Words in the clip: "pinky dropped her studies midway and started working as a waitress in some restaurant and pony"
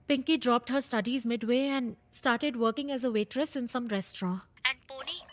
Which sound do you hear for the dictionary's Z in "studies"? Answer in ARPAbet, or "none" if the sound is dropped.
Z